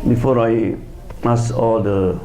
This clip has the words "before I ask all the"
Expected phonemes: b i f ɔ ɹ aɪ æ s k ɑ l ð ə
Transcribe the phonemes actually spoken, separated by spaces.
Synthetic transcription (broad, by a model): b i f ɔ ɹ aɪ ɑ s ɑ l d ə